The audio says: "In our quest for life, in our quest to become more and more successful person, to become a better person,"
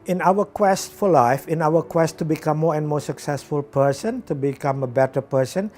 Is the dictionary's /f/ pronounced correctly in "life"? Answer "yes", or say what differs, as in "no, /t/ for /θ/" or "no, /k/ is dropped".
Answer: yes